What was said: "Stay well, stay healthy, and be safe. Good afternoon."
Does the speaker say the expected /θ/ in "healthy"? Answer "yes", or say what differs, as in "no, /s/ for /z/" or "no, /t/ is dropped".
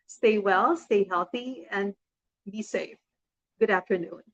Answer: yes